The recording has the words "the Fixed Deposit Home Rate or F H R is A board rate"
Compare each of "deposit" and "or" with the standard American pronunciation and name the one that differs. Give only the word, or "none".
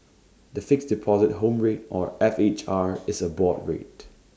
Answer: none